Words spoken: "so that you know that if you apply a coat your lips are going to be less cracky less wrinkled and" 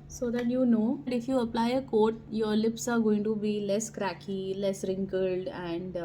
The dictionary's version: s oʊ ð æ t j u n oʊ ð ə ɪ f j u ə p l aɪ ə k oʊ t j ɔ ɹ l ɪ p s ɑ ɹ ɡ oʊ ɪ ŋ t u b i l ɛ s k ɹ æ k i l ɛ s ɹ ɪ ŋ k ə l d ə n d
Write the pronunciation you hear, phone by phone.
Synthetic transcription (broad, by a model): s oʊ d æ t j u n oʊ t ɪ f j u ə p l aɪ ə k oʊ t j ɔ ɹ l ɪ p s ɑ ɹ ɡ oʊ ɪ ŋ t u b i l ɛ s k ɹ æ k i l ɛ s ɹ ɪ ŋ k ə l d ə n d